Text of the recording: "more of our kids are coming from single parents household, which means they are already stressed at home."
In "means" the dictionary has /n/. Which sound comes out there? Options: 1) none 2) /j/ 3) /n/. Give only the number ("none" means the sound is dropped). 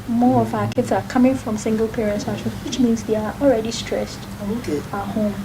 3